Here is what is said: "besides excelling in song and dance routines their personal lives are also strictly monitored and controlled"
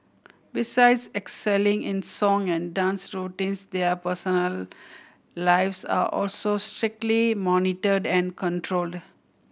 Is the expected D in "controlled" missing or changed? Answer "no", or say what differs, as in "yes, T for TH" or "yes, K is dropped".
no